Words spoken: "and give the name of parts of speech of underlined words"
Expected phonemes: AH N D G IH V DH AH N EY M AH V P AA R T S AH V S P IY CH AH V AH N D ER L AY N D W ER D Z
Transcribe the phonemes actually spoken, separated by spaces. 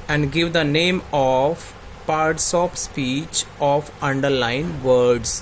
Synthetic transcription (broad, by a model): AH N D G IH V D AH N EY M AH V P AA R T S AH P S P IY CH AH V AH N D ER L AY N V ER D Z